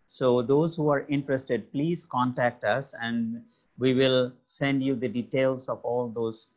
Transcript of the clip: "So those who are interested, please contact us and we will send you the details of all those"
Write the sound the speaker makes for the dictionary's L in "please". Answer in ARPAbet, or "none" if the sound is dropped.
L